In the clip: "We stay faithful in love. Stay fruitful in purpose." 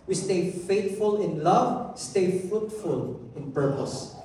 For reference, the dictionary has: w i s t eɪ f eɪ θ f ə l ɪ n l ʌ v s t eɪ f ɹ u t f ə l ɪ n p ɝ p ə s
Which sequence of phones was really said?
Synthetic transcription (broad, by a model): w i s t eɪ f eɪ t f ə l ɪ n l ʌ v s t eɪ f ɹ u t f ə l ɪ n p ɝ p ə s